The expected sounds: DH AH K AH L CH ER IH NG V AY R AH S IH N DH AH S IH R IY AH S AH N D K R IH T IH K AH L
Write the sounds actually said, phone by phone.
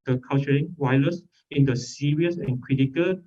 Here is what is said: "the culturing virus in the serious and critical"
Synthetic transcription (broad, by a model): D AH K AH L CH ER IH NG W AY L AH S IH N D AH S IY R IY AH S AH N K R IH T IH K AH L